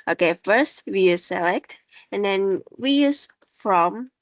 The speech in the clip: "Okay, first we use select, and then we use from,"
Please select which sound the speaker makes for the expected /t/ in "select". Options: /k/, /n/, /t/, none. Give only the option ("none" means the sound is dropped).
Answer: /t/